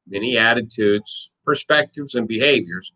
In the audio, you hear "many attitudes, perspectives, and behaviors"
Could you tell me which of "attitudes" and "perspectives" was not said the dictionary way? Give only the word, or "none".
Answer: none